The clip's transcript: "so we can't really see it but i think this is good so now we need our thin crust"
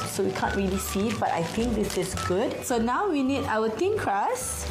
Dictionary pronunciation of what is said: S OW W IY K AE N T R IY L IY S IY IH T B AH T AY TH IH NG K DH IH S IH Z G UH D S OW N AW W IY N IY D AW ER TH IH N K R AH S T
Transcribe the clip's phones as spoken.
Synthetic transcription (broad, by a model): S OW W IY K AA N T R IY L IY S IY IH T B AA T AY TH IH NG K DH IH S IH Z G UH D S OW N AW W IY N IY D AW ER T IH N K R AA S